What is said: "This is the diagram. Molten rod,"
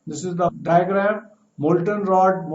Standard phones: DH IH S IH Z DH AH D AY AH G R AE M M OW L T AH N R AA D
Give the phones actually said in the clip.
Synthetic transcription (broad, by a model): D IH S IH Z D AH D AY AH G R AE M M OW L T AH N R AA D